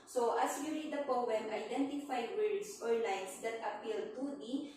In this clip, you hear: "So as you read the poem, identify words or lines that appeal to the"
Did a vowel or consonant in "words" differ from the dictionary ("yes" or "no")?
yes